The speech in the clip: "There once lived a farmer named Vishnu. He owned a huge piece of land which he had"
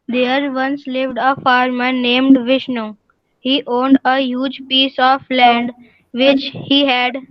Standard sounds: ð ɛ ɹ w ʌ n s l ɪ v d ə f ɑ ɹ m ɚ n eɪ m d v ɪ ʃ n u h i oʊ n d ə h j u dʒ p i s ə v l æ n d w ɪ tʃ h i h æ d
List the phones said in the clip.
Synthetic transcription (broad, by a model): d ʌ ɹ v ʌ n s l ɪ v d ə f ɑ ɹ m ɚ n eɪ m d v ɪ ʃ n u h i oʊ n d ə h j u dʒ p i s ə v l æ n d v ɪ tʃ h i h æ d